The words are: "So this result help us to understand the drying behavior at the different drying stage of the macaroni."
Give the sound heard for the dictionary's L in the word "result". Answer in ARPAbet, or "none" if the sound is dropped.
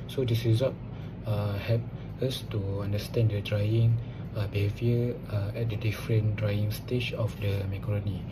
none